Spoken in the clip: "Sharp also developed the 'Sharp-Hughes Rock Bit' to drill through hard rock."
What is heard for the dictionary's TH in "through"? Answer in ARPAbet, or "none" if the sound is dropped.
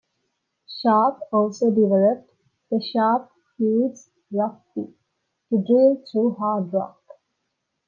T